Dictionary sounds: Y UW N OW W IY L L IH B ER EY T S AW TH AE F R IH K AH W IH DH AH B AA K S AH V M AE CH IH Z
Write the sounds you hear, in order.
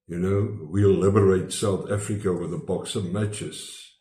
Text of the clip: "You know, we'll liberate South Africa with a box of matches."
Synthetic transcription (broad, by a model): Y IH N OW W IY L L IH B ER EY T S AW TH AE F R IH K AH W IH DH AH B AA K S AH V M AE CH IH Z